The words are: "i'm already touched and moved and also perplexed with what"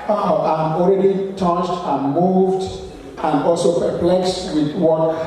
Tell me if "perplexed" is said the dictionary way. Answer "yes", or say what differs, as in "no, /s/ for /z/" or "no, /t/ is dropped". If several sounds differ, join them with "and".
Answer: yes